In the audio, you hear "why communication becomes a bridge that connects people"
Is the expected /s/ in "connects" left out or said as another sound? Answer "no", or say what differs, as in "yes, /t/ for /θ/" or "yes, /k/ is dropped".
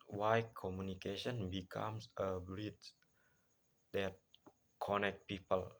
yes, /s/ is dropped